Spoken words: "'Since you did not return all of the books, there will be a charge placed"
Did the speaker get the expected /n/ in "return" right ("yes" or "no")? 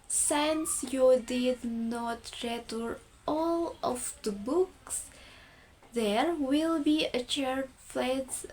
no